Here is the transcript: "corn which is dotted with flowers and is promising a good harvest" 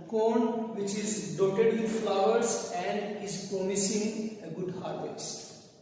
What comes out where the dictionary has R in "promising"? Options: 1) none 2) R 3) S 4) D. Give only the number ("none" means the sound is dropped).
1